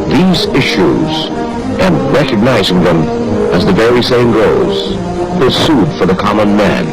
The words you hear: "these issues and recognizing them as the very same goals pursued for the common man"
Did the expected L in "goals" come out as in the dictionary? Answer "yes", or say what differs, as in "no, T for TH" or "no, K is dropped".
no, L is dropped